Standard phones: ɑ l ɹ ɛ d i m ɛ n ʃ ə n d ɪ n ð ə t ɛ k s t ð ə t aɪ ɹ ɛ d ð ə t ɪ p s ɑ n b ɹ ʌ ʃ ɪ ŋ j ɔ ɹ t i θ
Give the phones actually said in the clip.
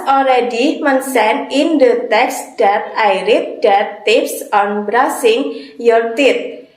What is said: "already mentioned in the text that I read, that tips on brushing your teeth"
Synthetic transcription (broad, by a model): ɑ l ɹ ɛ d i m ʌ n s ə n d ɪ n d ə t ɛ k s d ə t aɪ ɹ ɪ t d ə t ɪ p s ɑ n b ɹ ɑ s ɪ ŋ j ɔ ɹ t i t